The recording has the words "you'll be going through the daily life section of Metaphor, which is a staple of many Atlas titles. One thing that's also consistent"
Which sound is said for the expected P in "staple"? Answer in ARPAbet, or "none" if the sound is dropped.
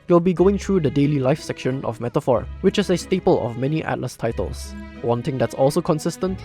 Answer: P